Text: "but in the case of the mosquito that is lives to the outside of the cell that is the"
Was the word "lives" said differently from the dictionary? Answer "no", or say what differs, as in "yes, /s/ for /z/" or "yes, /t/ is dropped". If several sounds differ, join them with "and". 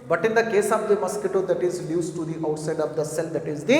yes, /v/ is dropped